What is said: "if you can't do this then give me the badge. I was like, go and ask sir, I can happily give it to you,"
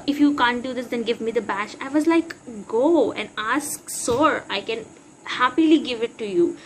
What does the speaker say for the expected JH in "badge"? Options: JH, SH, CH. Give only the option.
SH